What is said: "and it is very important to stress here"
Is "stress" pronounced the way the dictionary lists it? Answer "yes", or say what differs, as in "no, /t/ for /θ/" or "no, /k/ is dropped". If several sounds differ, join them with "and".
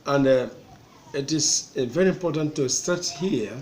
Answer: no, /ɹ/ is dropped